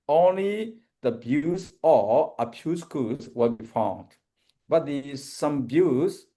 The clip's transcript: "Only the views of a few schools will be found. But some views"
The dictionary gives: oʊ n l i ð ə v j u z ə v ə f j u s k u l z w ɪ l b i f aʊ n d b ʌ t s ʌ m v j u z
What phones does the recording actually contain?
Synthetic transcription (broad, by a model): oʊ n l i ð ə b j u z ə ə p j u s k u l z w ɪ l b i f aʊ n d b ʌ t s ʌ m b j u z